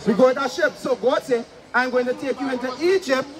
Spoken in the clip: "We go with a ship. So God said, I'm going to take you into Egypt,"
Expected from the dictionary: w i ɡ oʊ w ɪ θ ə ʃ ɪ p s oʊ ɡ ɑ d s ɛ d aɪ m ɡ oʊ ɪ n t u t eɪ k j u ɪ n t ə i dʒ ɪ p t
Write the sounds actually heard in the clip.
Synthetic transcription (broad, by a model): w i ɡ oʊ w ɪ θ ə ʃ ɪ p s oʊ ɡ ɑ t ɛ aɪ m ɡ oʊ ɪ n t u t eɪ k j u ɪ n t ə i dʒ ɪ p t